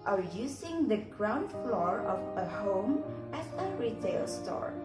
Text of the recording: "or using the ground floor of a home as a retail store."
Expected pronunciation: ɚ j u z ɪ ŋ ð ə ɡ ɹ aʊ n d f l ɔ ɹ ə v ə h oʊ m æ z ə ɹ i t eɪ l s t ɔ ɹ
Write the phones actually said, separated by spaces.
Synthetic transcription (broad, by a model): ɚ j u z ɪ ŋ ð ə ɡ ɹ aʊ n d f l ɔ ɹ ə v ə h oʊ m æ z ə ɹ i t eɪ l s t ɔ ɹ